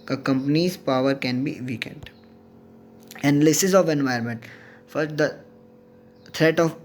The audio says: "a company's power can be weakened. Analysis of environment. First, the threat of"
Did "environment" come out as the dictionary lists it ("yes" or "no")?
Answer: no